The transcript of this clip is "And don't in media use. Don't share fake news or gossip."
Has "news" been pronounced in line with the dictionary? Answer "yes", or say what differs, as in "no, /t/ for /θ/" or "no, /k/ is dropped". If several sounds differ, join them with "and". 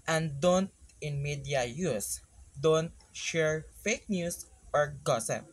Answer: no, /s/ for /z/